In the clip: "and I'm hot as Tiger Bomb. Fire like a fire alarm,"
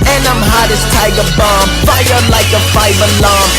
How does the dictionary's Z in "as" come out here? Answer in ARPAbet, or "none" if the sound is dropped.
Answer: S